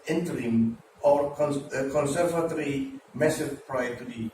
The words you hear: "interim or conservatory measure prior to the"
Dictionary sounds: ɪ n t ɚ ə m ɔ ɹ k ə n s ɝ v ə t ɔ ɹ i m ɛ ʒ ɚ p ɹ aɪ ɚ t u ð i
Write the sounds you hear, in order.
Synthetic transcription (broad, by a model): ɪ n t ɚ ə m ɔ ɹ k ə n s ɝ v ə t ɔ ɹ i m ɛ s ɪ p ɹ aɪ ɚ t u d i